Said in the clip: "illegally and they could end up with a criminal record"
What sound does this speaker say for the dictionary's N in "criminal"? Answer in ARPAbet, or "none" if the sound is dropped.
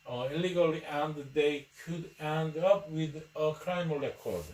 none